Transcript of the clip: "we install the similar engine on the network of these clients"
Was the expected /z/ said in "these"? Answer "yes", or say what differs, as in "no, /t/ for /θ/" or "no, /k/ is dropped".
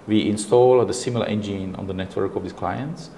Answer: no, /s/ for /z/